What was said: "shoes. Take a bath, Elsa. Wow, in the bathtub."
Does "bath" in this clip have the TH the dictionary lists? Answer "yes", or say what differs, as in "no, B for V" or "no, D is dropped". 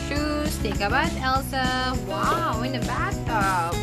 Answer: no, S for TH